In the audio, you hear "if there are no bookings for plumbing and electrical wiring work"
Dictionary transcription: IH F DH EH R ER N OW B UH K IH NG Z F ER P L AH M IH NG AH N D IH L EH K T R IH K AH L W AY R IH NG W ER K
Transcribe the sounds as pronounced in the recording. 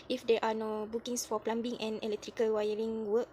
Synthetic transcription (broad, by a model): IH F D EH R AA N OW B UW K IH NG S F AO P L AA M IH NG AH N IH L EH K T R IH K AH L W AY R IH NG W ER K